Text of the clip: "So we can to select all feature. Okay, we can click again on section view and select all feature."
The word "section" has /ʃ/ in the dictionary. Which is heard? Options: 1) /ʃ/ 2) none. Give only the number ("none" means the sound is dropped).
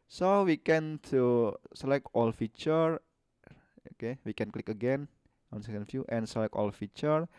2